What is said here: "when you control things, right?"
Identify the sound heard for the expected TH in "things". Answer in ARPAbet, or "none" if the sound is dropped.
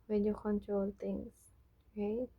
T